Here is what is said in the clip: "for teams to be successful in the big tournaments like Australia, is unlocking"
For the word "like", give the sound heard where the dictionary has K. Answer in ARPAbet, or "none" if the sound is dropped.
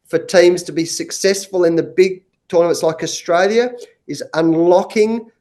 K